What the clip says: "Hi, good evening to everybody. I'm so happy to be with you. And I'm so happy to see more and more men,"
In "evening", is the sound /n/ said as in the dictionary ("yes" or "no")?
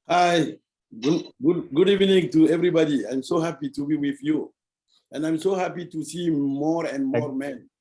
yes